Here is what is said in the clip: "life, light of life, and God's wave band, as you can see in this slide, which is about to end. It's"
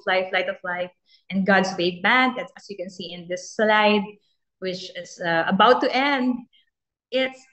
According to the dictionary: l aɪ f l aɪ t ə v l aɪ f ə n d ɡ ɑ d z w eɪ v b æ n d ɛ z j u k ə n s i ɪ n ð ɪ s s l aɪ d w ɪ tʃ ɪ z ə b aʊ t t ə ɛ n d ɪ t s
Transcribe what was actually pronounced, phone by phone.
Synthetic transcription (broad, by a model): l aɪ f l aɪ t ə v l aɪ f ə n ɡ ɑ d s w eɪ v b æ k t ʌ s j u k ə n s i ɪ n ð ɪ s s l aɪ d w ɪ tʃ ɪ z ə b aʊ t t ɛ n d ɪ t s